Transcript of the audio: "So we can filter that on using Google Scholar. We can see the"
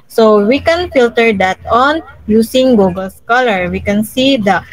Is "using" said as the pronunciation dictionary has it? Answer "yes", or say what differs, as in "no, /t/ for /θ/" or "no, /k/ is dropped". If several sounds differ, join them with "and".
no, /s/ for /z/